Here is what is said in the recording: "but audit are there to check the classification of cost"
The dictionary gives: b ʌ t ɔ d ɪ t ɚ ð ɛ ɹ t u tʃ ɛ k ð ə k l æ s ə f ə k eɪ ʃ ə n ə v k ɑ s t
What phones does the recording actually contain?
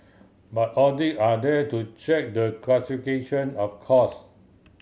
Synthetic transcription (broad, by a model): b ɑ t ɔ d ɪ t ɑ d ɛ t u tʃ ɛ k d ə k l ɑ s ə f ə k eɪ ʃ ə n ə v k ɑ s